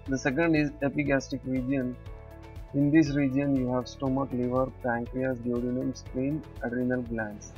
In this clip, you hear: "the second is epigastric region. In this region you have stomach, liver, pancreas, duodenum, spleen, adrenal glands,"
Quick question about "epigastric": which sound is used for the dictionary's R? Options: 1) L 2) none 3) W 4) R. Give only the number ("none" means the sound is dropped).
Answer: 2